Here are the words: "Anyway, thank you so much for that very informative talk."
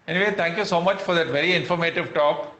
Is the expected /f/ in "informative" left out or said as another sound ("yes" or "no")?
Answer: no